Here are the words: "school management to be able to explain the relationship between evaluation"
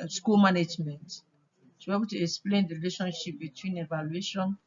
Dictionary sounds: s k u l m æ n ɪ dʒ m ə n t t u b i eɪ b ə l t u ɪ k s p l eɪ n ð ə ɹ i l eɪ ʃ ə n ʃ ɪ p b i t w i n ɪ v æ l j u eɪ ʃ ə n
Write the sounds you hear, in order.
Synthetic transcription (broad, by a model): s k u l m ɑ n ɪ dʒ m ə n t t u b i eɪ b ə l t u ɪ k s p l eɪ n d ɹ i l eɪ ʃ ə n ʃ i p b i t w i n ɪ v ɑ l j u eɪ ʃ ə n